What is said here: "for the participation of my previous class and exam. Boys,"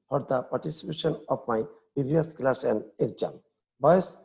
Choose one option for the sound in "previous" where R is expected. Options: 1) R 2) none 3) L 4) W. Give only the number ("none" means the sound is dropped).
2